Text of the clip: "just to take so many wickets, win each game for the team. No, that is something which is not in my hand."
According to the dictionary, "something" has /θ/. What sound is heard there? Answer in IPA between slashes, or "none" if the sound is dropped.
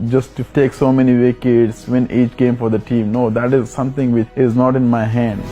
/t/